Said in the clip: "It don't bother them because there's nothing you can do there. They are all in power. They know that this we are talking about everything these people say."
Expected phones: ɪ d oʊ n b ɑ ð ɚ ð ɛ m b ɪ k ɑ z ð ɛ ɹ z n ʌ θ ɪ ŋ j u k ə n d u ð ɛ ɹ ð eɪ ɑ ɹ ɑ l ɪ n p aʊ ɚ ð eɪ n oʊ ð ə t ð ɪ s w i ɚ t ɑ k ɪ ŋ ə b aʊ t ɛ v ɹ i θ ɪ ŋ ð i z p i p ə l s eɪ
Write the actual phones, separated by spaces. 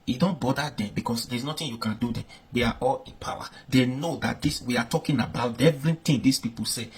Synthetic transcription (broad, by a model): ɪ d oʊ n b ɑ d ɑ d ɛ m b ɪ k ɑ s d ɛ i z n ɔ t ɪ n j u k ə n d u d ɛ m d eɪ ɑ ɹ ɑ l ɪ n p aʊ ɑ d eɪ n oʊ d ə t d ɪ s w i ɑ t ɑ k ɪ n ə b aʊ t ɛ v ɹ i t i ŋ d i s p i p ə l s eɪ